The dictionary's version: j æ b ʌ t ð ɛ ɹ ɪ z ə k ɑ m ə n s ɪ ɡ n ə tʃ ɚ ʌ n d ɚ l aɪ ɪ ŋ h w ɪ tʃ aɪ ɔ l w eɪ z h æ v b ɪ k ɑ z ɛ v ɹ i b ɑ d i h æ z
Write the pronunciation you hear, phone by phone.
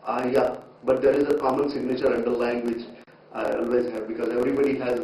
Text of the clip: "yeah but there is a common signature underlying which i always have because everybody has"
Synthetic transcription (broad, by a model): j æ b ʌ t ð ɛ ɹ ɪ z ə k ɑ m ə n s ɪ ɡ n ə tʃ ɚ ʌ n d ɚ l aɪ ɪ ŋ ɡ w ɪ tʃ aɪ ɔ l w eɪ z h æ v b ɪ k ɑ z ɛ v ɹ i b ɑ d i h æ z